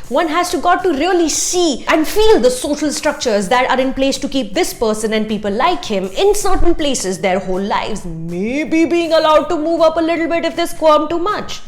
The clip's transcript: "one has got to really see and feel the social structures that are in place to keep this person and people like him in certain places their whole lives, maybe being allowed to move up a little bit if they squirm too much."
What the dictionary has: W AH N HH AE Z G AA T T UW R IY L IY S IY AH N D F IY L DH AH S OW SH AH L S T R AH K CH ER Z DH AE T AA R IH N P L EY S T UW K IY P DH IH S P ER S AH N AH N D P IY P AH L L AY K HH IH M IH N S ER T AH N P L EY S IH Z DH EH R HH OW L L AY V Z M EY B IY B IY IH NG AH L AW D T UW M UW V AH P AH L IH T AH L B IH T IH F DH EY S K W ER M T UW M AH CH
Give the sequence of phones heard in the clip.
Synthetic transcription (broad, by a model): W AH N HH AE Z G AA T T UW R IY L IY S IY AH N D F IY L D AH S OW SH AH L S T R AH K CH ER Z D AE T AA R IH N P L EY S T UW K IY P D IH S P ER S AH N AH N D P IY P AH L L AY K HH IH M IH N S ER T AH N P L EY S IH Z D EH R HH OW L L AY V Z M EY B IY B IY IH NG AH L AW D T UW M UW V AH P AH L IH T L B IH T IH F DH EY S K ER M T UW M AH CH